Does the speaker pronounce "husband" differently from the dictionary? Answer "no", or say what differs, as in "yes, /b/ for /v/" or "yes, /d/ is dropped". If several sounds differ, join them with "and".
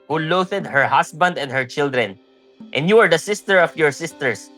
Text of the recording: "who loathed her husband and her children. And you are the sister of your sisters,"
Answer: yes, /s/ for /z/